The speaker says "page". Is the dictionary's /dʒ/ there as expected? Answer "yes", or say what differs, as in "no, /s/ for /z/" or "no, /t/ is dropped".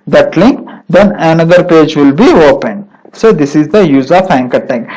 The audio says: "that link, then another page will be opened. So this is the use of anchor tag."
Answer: yes